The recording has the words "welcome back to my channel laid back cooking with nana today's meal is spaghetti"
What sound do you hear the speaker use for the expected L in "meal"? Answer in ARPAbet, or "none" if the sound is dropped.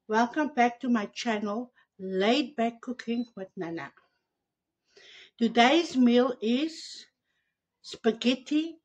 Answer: L